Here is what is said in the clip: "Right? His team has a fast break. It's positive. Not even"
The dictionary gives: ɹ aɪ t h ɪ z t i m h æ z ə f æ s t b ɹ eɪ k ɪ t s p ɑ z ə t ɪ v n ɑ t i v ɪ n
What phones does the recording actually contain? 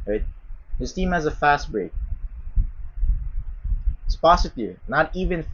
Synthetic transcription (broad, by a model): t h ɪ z t i m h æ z ə f æ s t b ɹ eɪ ɪ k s p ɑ s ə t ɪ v n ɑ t i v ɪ n